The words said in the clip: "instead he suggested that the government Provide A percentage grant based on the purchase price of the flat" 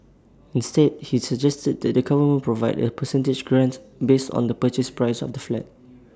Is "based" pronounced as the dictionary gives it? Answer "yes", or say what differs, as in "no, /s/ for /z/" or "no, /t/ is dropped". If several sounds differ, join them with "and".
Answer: yes